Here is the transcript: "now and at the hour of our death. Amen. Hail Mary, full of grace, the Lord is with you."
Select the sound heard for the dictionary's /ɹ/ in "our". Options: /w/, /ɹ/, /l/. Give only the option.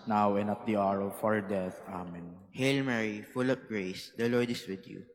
/ɹ/